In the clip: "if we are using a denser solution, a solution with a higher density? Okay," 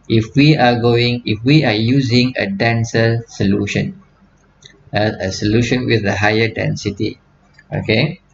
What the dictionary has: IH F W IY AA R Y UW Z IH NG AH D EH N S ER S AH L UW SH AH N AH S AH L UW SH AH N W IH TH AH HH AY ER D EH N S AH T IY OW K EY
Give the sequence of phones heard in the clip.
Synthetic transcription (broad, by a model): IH F W IY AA W Y UW Z IH NG AH D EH N S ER S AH L UW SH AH N AH S AH L UW SH AH N W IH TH AH HH AY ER D EH N S AH T IY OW K EY